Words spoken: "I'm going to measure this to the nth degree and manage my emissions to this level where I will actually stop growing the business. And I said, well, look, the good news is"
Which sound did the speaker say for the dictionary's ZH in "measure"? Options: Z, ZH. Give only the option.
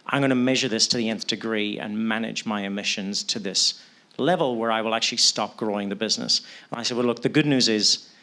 ZH